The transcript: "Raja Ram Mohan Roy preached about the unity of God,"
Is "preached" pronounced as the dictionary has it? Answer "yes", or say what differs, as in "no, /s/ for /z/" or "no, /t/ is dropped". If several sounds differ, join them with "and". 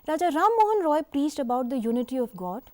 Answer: no, /s/ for /tʃ/